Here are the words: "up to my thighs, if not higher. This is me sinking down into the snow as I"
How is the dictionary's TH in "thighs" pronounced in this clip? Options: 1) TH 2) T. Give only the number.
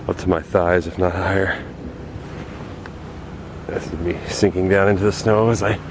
1